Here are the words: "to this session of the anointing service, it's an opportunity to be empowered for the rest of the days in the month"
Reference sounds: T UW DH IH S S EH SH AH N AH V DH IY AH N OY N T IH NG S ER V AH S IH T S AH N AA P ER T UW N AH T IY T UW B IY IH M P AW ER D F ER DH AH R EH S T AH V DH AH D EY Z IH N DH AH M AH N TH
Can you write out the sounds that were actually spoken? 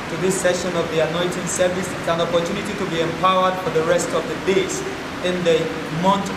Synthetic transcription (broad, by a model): T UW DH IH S S EH SH AH N AH V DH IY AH N OY N T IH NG S ER V AH S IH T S AH N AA P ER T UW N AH T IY T UW B IY IH M P AW ER D F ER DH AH R EH S T AH V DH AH D EY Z IH N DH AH M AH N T